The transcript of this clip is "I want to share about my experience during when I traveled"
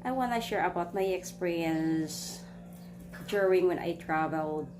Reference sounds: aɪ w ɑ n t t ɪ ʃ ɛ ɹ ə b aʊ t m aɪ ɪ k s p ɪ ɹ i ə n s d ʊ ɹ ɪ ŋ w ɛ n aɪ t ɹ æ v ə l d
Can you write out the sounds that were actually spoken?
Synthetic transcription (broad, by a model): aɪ w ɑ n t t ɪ ʃ ɛ ɹ ə b aʊ t m aɪ ɪ k s p ɪ ɹ i ə n s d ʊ ɹ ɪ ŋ w ɛ n aɪ t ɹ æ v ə l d